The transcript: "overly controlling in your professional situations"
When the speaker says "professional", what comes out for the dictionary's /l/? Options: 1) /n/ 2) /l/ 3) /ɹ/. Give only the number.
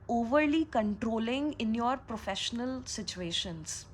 2